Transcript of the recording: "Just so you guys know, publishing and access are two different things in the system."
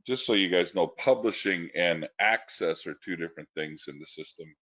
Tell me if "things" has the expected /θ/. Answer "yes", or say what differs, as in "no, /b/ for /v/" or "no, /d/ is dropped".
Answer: yes